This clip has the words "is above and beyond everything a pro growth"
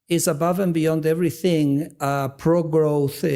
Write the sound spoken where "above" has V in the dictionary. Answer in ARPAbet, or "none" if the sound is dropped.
V